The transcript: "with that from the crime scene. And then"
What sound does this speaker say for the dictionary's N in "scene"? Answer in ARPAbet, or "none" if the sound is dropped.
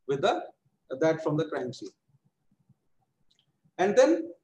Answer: none